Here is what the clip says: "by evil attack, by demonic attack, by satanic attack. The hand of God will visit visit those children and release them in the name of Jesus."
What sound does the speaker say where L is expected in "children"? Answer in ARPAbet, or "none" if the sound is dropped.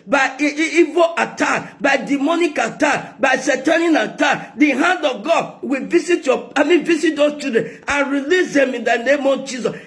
none